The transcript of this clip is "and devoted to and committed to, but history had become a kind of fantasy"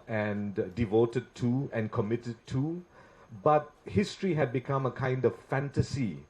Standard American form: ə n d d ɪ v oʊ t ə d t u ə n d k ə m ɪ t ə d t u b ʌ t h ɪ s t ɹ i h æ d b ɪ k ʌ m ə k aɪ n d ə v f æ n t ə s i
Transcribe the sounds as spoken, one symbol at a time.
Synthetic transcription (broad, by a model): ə n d d ɪ v oʊ t ə d t u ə n k ə m ɪ t ə d t u b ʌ t h ɪ s t ɹ i h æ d b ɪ k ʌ m ə k aɪ n d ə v f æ n t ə s i